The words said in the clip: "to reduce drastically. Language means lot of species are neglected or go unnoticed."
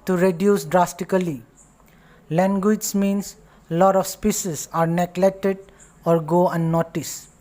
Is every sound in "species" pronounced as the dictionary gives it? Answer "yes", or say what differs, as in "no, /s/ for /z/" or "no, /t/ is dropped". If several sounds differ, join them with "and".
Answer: no, /s/ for /ʃ/